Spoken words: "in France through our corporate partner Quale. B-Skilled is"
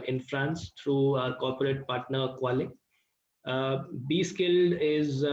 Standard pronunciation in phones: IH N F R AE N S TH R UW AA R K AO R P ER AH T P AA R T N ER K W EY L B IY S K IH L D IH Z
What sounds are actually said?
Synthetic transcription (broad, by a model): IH N F R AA N S T R UW AA R K AO R P ER AH T P AA R T N ER K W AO L B IY S K IH L D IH Z